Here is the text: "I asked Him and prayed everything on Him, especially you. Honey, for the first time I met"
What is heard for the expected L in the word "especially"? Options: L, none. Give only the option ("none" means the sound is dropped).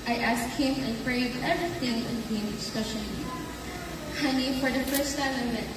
none